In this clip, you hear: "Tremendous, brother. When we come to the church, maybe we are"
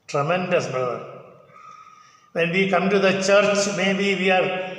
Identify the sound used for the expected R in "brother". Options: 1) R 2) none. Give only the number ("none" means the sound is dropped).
2